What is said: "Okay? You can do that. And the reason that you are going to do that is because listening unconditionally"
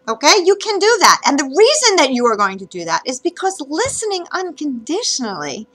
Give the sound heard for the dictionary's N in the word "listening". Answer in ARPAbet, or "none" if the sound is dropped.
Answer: N